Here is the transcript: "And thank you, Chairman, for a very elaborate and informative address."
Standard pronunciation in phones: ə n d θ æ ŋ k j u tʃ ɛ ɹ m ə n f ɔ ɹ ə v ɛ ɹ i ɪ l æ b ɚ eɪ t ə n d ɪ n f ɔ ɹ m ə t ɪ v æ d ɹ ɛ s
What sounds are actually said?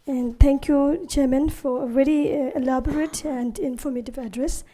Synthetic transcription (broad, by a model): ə n d t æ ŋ k j u tʃ ɛ ɹ m ə n f ɔ ɹ ə v ɛ ɹ i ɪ l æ b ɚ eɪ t ə n d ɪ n f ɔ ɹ m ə t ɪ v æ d ɹ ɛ s